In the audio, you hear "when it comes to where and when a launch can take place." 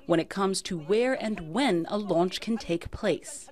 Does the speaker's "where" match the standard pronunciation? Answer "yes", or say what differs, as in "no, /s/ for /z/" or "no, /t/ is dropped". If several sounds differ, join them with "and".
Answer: yes